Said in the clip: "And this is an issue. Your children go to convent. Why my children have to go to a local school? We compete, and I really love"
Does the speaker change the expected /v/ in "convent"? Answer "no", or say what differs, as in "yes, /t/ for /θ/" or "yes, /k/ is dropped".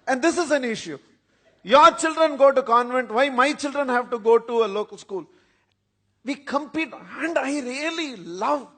no